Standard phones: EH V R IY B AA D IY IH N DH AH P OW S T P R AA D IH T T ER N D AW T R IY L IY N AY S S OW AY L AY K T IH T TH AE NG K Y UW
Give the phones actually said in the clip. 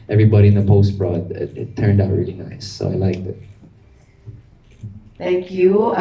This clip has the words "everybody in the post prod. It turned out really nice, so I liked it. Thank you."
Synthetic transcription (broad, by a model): EH V R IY B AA D IY IH N DH AH P OW S T B R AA D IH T T ER N D AW T R IY L IY N AY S S OW AY L AY K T IH T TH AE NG K Y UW